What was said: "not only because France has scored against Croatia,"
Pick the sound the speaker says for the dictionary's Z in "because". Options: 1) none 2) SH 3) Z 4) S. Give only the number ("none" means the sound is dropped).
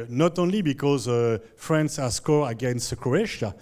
3